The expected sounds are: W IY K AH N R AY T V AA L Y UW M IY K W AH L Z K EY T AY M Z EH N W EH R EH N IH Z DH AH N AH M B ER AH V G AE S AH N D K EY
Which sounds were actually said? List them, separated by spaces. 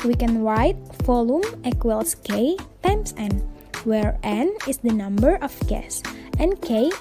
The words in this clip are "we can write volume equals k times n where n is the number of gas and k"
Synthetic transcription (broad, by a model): W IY K AH N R AY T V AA L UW M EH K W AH L S K EY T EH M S EH N W EH R EH N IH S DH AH N AH M B ER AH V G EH S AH N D K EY